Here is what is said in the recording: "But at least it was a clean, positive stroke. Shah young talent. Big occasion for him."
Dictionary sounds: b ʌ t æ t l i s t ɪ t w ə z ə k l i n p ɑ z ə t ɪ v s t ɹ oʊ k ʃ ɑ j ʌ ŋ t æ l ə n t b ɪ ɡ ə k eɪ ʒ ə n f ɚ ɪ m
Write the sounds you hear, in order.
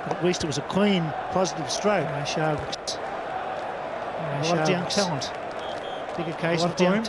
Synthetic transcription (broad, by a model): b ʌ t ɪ t l i s t ɪ t w ə z ə k w i n p ɑ z ə t ɪ v s t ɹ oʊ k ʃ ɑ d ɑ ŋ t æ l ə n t b ɪ ɡ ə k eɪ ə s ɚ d